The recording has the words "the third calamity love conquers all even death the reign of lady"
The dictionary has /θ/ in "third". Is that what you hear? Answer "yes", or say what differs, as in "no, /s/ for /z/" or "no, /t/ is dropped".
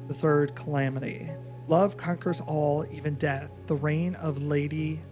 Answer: yes